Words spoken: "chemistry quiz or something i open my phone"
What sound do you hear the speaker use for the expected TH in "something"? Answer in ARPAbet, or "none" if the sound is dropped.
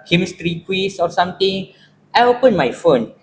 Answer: T